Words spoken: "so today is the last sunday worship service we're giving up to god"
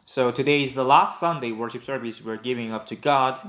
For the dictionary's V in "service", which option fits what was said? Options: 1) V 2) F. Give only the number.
1